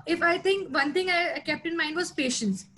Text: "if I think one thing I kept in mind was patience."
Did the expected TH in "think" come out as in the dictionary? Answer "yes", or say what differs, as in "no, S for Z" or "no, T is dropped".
no, T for TH